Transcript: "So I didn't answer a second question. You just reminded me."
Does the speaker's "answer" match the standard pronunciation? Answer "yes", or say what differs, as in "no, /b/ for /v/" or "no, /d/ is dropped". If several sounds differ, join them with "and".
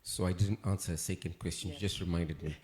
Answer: yes